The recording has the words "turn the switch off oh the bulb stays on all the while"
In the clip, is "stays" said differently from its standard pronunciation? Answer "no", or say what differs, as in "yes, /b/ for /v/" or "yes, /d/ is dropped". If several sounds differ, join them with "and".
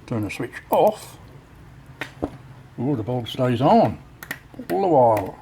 no